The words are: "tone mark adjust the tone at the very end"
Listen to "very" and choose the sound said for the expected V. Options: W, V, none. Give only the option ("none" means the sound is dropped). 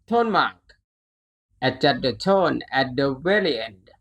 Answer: W